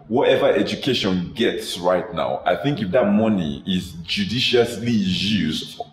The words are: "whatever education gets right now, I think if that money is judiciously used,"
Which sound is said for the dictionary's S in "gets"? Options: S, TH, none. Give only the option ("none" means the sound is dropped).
S